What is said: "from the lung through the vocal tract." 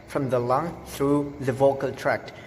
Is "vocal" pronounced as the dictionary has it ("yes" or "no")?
yes